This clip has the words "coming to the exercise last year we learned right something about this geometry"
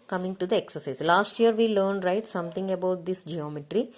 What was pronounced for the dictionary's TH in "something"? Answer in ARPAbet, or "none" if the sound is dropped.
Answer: T